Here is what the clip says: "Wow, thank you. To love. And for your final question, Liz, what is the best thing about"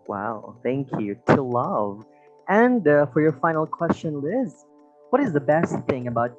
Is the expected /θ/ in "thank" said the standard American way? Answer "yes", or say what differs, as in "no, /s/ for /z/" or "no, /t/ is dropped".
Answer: yes